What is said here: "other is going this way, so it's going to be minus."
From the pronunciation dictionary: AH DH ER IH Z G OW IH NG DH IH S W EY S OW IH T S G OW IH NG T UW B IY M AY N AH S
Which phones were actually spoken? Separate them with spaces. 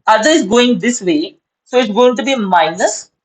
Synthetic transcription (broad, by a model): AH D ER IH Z G OW IH NG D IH S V EY S OW IH T S G OW IH NG T UW B IY M AY N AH S